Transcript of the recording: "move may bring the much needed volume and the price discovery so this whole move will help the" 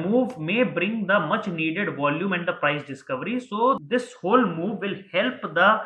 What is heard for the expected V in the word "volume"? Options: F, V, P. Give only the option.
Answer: V